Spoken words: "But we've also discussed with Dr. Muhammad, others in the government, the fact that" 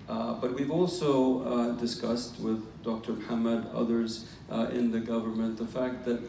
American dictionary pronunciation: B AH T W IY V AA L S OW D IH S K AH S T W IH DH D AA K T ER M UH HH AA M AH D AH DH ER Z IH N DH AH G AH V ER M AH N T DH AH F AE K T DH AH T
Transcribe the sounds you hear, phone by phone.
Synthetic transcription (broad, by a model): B AH T W IY V AA L S OW D IH S K AH S T W IH DH D AA K T ER M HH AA M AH D AH DH ER Z IH N DH AH G AH V ER M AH N DH AH F AE K T DH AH T